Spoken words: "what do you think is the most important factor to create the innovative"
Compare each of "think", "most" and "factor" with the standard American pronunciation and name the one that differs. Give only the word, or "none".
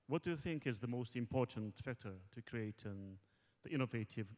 none